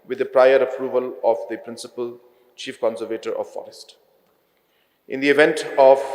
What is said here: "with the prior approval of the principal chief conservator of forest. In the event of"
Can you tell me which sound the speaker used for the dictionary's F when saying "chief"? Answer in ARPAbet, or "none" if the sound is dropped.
F